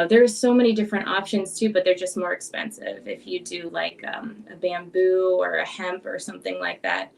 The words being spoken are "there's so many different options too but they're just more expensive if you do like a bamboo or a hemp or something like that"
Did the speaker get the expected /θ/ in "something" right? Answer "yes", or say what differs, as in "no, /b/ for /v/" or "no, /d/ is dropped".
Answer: yes